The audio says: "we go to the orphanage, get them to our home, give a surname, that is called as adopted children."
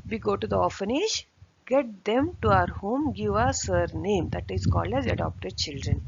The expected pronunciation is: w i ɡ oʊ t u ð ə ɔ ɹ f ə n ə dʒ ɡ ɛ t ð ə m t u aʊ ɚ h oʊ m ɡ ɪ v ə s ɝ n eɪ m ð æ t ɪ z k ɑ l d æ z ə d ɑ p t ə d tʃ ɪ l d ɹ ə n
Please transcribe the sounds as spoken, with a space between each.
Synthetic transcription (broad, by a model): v i ɡ oʊ t u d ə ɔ f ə n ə ʃ ɡ ɛ t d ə m t u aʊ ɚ h oʊ m ɡ ɪ v ə s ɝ n eɪ m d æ t ɪ z k ɑ l d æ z ə d ɑ p t ə d tʃ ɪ l d ɹ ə n